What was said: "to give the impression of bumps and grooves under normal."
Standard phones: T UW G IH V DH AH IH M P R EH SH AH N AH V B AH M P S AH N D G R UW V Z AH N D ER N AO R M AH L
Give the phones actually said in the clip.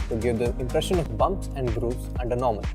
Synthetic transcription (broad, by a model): T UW G IH V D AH IH M P R EH SH AH N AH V B AH M P S AH N D G R UW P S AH N D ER N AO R M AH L